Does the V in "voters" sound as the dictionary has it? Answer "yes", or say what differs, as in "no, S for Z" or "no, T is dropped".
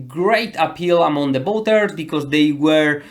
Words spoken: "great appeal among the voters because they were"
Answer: no, B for V